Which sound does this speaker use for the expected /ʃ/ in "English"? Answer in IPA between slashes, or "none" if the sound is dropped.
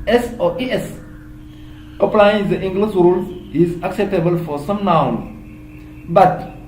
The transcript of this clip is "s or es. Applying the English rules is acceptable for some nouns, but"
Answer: /s/